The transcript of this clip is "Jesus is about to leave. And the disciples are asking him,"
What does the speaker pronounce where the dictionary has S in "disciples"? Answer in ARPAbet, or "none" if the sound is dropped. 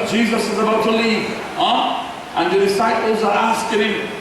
S